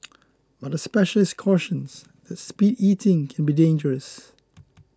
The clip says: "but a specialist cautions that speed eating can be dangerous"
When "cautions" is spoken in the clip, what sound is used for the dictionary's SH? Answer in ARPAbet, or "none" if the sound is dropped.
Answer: SH